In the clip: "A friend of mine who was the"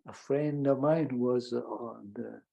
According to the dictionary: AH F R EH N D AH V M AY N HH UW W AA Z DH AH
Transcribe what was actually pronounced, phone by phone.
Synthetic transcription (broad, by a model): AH F R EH N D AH M AY N W AA Z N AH